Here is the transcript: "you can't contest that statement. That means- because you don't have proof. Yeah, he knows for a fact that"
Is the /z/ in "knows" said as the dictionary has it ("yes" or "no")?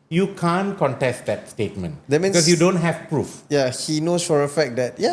no